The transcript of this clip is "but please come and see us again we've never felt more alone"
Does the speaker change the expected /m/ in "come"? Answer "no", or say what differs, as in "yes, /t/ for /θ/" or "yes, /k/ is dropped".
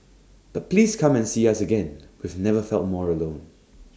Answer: no